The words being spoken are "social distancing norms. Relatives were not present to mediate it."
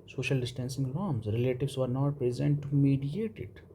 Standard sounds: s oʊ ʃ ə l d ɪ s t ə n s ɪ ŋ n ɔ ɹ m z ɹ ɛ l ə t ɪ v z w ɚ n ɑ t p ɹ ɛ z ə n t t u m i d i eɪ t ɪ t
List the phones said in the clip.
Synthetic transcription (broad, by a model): s oʊ ʃ ə l d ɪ s t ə n s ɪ ŋ l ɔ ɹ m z ɹ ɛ l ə t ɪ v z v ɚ n ɑ t p ɹ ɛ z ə n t t u m i d i eɪ t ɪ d